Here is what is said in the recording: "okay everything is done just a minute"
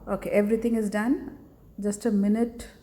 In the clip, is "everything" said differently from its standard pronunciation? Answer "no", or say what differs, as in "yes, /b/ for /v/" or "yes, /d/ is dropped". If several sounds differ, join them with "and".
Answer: yes, /t/ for /θ/